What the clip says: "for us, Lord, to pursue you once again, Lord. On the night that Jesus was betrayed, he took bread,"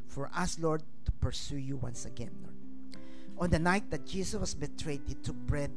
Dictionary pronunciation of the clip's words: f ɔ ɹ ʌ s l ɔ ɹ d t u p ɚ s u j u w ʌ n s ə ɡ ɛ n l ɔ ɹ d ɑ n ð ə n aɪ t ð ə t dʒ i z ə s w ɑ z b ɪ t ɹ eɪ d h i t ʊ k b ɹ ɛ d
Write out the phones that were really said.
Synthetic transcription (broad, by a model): f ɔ ɹ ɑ s l ɔ ɹ d t u p ɚ s u j u w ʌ n s ə ɡ ɛ n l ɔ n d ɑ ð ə n aɪ t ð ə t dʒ i s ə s w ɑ s b ɪ t ɹ eɪ d h i t ʊ k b ɹ ɛ d